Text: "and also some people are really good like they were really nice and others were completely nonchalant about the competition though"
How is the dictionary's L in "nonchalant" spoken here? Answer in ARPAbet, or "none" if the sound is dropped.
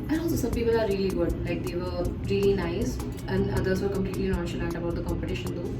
N